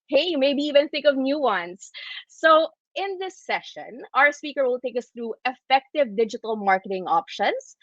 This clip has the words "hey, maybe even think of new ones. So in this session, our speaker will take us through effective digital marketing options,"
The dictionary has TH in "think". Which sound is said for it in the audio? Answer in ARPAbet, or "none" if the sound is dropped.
TH